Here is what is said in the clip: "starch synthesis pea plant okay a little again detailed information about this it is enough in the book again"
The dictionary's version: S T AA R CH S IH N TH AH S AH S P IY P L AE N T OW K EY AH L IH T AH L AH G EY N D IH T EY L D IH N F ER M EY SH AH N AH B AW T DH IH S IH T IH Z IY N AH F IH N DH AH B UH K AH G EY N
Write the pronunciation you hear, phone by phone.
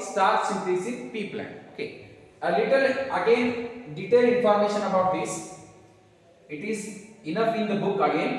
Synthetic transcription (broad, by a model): S T AA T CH S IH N T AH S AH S P IY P L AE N OW K EY AH L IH T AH L AH G EY N D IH T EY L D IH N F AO M EY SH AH N AH B AW T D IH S IH T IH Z IY N AH F IH N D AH B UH K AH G EY N